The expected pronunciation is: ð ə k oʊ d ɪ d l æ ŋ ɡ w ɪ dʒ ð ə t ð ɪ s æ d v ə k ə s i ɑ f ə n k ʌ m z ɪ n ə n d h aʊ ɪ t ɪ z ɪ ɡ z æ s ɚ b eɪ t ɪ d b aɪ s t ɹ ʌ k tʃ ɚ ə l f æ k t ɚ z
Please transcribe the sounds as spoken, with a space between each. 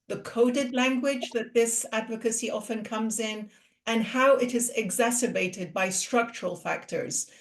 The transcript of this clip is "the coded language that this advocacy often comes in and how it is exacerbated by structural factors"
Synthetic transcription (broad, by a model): ð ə k oʊ d ɪ d l æ ŋ ɡ w ɪ dʒ ð ə t ð ɪ s æ d v ə k ə s i ɑ f ə n k ʌ m z ɪ n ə n h aʊ ɪ t ɪ z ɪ ɡ z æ s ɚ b eɪ t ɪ d b aɪ s t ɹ ʌ k tʃ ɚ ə l f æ k t ɚ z